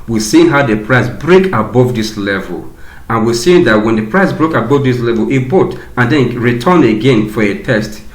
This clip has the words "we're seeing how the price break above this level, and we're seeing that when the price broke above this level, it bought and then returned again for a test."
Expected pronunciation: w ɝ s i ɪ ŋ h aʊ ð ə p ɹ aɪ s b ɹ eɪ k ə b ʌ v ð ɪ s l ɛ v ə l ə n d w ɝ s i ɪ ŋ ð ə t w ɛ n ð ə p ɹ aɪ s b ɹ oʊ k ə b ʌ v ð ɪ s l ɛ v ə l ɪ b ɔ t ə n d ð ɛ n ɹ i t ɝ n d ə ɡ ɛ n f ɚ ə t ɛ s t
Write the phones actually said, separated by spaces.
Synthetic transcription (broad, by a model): w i s i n h aʊ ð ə p ɹ aɪ s b ɹ eɪ k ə b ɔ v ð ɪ s l ɛ v ə l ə n w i s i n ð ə t w ɛ n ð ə p ɹ aɪ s b ɹ oʊ k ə b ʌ v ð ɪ s l ɛ v ə l ɪ b ɔ t ə n d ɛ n ɹ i t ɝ n ə ɡ ɛ n f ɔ ə t ɛ s t